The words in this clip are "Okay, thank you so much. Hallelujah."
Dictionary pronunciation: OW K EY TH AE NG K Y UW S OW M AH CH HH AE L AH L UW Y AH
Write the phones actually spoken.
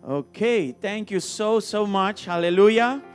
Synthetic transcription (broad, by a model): OW K EY T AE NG K Y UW S OW M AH CH HH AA L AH L UW Y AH